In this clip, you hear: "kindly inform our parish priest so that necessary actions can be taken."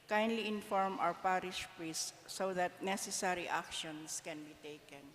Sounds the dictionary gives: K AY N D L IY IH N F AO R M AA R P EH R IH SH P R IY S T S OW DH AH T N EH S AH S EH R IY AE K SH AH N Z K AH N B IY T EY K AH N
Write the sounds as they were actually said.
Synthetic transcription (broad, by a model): K AY N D L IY IH N F AO R M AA W P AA R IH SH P R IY S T S OW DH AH T N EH S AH S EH R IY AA K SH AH N S K AH N B IY T EY K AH N